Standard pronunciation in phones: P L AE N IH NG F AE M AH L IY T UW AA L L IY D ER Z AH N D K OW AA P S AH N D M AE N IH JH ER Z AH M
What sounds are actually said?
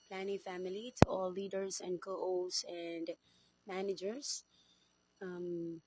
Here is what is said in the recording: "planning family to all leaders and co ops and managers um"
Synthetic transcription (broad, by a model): P L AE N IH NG F AE M AH L IY T UW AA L L IY D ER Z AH N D K OW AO S AH N D M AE N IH JH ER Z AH M